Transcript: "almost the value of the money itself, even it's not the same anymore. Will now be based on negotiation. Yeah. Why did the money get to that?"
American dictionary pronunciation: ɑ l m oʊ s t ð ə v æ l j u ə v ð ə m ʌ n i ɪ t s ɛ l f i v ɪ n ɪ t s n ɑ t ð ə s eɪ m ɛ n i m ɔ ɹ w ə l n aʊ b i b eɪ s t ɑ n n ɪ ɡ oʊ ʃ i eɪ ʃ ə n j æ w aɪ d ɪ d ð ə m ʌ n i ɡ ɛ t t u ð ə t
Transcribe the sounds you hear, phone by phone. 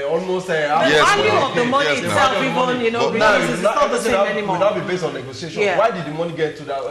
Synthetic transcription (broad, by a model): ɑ l m oʊ s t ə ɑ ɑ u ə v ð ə m ʌ n i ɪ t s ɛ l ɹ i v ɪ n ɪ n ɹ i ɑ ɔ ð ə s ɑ ɛ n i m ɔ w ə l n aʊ b i b eɪ s t ɑ n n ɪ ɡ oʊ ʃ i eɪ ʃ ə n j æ w aɪ d ɪ d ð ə m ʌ n i ɡ ɛ t t u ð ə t